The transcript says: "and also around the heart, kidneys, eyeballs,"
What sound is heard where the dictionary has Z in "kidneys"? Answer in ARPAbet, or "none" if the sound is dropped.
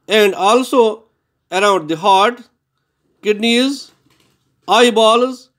Z